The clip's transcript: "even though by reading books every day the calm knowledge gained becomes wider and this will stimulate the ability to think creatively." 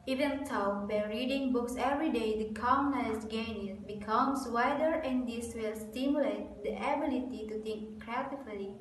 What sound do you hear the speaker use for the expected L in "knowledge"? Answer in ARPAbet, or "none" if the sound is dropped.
none